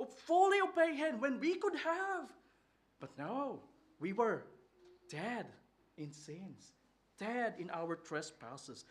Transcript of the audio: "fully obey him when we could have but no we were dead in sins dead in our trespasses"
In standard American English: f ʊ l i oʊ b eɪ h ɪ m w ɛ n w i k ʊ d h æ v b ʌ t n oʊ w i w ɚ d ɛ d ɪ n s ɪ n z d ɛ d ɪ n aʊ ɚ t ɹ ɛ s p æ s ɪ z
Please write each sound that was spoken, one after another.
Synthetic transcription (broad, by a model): f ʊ l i oʊ b eɪ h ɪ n w ɛ n w i k ʊ d h æ v b ʌ t n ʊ w i w ɚ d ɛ d ɪ n s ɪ n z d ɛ d ɪ n aʊ ɚ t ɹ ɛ s p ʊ s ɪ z